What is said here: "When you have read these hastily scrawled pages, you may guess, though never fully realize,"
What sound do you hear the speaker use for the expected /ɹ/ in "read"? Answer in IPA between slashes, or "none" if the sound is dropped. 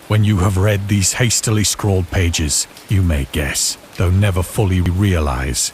/ɹ/